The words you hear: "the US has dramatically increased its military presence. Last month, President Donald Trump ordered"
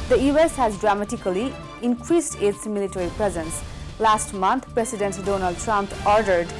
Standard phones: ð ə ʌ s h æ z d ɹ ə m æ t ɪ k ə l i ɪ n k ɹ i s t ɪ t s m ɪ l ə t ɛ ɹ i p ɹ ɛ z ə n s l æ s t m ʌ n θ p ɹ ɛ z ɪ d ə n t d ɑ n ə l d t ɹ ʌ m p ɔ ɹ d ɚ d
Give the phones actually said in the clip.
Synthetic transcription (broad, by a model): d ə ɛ s h æ z d ɹ ə m æ t ɪ k ə l i ɪ n k ɹ i s t ɪ t s m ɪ l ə t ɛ ɹ i p ɹ ɛ z ə n s l æ s t m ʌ n t p ɹ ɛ s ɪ d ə n t d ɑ n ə l d t ɹ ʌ m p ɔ ɹ d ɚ d